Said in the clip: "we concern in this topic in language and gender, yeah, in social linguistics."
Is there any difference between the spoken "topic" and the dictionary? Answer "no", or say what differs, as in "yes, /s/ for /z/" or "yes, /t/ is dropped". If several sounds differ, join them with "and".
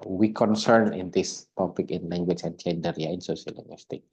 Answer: yes, /b/ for /p/